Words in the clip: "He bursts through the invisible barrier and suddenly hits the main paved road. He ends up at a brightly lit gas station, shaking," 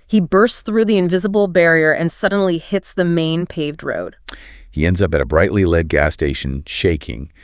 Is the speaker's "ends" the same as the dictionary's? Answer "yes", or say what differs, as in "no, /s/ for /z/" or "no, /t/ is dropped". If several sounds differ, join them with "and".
yes